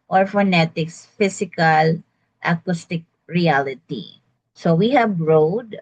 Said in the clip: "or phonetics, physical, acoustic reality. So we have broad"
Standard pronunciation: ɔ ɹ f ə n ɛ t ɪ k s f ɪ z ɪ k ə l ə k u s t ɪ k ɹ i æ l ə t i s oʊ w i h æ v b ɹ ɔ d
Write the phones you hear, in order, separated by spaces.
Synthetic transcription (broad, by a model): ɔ ɹ f ə n ɛ t ɪ k s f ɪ s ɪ k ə l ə k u s t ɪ k ɹ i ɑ l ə t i s oʊ w i h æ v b ɹ ɔ d